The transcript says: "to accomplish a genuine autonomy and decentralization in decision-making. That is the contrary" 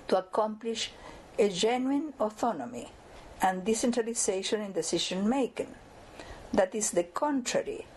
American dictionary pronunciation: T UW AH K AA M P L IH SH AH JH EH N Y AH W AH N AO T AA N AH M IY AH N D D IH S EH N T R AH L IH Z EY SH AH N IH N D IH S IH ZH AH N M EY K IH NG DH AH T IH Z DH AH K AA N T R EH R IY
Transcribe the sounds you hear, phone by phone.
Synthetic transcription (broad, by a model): T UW AH K AA M P L IH SH AH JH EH N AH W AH N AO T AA N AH M IY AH N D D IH S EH N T R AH L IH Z EY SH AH N IH N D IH S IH SH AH N M EY K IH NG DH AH T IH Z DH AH K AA N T R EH R IY